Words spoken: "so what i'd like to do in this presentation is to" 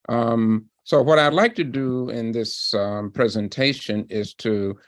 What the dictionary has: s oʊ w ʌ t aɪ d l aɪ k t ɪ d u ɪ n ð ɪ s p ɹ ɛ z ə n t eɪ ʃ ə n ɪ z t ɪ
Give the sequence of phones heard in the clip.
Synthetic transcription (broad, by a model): s oʊ w ʌ t aɪ d l aɪ k t ɪ d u ɪ n ð ɪ s p ɹ ɛ z ə n t eɪ ʃ ə n ɪ z t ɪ